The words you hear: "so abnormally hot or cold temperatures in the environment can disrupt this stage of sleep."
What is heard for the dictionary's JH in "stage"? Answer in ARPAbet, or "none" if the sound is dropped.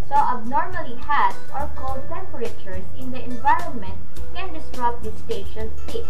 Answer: SH